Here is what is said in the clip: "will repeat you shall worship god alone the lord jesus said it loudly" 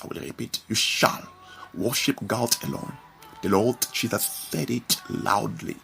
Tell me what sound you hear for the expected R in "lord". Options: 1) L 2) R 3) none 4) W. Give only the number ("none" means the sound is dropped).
1